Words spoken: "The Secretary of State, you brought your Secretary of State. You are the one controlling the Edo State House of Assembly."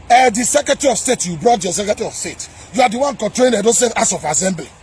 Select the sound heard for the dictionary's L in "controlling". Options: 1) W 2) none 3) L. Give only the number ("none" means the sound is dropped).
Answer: 2